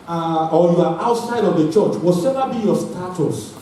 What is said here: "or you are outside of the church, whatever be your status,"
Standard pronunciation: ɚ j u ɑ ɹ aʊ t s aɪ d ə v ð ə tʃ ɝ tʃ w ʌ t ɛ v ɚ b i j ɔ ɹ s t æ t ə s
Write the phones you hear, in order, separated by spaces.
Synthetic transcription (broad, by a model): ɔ j u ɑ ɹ aʊ t s aɪ d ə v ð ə tʃ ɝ tʃ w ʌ s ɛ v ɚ b i j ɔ s t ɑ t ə s